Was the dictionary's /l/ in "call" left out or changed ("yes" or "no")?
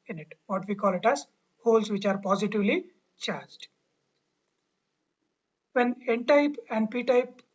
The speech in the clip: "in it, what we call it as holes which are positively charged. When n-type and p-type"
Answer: no